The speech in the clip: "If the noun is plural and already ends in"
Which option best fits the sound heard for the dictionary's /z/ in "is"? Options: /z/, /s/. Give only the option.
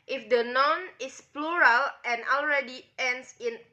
/s/